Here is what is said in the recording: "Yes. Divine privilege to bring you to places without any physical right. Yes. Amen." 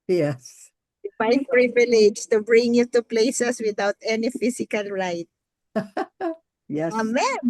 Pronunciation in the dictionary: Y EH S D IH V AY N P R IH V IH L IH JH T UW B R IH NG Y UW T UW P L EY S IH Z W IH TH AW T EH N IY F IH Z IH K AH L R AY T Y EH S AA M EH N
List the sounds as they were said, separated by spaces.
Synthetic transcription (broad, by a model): Y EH S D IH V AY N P R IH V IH L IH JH T UW B R IH NG Y UW T UW P L EY S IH S W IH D AW T EH N IY F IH S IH K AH L R AY T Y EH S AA M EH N